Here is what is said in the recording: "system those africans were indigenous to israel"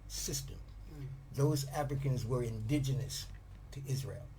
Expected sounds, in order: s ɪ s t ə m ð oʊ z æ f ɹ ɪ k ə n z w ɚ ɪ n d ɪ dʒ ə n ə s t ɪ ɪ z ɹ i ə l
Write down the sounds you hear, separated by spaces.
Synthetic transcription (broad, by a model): s ɪ s t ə m ð oʊ z æ f ɹ ɪ k ə n z w ɚ ɪ n d ɪ dʒ ə n ə s t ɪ ɪ z ɹ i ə l